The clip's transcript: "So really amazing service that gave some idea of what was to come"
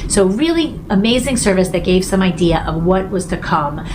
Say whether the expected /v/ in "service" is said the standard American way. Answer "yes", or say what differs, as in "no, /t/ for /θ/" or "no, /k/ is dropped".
yes